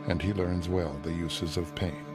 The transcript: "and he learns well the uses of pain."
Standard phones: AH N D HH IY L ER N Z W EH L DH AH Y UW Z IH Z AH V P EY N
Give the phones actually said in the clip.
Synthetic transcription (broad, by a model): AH N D IY L ER N Z W EH L DH AH Y UW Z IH Z AH V P EY N